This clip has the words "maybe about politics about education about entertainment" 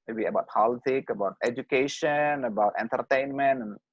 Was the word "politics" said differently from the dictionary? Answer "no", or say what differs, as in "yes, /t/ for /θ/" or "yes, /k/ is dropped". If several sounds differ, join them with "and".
yes, /s/ is dropped